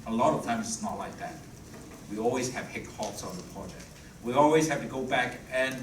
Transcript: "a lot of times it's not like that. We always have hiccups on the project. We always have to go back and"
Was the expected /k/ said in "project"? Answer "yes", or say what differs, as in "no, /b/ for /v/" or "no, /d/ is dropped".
yes